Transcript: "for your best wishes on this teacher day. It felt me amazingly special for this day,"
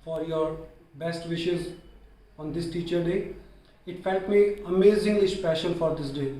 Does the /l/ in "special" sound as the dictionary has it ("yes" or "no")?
no